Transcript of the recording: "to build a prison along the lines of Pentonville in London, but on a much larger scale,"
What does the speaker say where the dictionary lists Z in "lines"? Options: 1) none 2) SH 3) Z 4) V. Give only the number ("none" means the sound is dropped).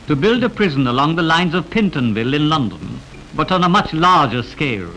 3